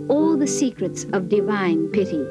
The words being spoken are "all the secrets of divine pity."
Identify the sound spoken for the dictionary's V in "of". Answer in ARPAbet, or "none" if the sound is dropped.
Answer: V